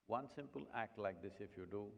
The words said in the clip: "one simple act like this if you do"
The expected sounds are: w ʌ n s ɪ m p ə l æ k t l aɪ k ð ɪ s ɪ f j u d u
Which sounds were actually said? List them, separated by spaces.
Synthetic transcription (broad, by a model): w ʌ n s ɪ m p ə l æ k t l aɪ k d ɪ s ɪ f j u d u